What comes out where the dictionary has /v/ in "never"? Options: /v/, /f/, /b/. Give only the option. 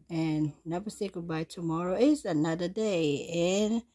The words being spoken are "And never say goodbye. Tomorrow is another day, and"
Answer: /b/